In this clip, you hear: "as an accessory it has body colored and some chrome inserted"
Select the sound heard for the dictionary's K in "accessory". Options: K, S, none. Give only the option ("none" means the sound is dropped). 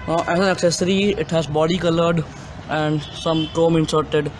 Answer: K